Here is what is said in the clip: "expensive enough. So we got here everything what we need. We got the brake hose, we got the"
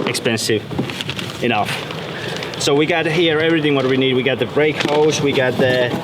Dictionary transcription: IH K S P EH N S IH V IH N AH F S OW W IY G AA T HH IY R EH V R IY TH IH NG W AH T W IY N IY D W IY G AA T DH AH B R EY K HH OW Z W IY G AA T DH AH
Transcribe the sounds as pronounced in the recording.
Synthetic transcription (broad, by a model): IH K S P EH N S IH V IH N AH F S OW W IY G AA T HH IY R EH V R IY TH IH NG W AH T W IY N IY D W IY G AA T DH AH B R EY K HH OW S W IY G AA T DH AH